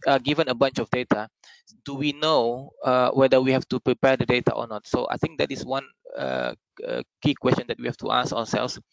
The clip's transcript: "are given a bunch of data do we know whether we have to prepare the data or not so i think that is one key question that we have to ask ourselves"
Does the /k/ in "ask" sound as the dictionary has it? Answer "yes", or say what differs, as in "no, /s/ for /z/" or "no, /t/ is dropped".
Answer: no, /k/ is dropped